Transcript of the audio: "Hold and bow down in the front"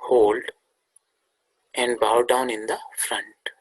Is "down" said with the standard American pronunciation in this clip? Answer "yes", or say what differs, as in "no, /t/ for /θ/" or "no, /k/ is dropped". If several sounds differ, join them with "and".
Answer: yes